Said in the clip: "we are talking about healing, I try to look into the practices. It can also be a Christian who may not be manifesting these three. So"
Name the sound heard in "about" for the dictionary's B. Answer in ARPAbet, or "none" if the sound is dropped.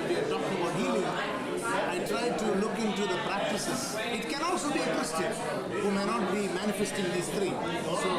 none